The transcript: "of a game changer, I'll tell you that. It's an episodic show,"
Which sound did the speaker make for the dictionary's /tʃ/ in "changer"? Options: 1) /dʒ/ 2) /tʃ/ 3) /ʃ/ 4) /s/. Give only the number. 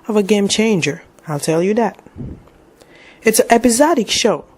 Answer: 2